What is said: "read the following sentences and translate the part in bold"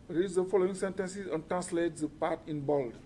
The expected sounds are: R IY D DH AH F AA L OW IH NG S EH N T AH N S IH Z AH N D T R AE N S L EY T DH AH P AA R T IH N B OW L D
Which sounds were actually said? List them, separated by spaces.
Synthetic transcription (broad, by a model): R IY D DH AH F AA L OW IH NG S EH N T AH N S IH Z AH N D T R AE N S L EY T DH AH P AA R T IH N B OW L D